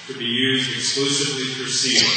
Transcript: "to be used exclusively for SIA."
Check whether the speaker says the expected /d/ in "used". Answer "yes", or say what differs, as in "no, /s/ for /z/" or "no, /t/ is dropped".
yes